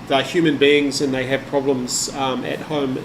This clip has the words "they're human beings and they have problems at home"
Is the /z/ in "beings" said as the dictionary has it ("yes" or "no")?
yes